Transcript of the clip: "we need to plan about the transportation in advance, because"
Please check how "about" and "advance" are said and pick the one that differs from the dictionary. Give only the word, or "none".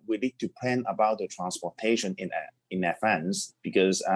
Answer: advance